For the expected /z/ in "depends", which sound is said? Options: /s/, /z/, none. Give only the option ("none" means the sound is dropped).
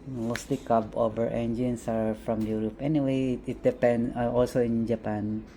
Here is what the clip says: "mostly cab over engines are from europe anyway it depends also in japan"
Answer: none